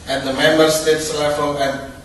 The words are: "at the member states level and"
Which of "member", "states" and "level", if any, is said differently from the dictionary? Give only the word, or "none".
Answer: level